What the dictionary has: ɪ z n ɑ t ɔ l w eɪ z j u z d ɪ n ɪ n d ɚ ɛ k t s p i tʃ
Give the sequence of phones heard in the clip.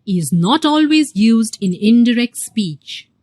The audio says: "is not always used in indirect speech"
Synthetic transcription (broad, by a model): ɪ z n ɑ t ɔ l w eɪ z j u z d ɪ n ɪ n d ɚ ɛ k t s p i tʃ